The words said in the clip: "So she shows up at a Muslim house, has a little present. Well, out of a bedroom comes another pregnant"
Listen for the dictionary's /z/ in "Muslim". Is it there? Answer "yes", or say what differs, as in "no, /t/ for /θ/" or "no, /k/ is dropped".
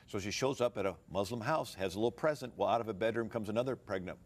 yes